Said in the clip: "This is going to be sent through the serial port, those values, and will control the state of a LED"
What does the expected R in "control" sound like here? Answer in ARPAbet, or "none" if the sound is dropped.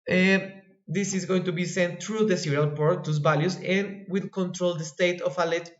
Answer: R